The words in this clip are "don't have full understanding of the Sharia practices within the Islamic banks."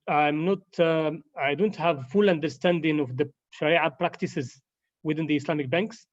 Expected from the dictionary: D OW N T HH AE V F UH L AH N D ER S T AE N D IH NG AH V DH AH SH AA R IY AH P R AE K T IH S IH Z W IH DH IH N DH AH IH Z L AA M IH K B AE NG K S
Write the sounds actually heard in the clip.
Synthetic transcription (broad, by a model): D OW N T HH AE V F UH L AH N D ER S T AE N D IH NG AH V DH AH SH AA R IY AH P R AE K T IH S IH Z W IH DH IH N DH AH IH S L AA M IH K B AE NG K S